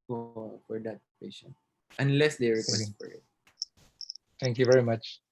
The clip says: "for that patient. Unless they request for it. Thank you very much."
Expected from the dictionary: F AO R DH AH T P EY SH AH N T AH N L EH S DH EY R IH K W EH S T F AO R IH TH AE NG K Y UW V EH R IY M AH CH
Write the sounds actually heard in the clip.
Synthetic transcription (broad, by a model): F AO R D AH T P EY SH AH N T AH N L EH S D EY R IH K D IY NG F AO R IH T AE NG K Y UW V EH R IY M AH CH